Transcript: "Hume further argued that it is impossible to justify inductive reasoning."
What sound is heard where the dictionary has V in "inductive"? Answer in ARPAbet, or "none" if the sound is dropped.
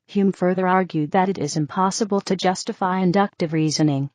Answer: V